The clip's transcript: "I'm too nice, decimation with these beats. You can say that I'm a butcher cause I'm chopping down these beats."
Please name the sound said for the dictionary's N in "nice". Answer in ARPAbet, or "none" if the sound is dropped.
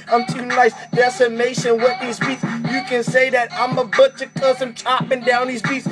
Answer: L